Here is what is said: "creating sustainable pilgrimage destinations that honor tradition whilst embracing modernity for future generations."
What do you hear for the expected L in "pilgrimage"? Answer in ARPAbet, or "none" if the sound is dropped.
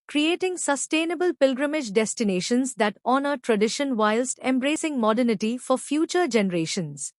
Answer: L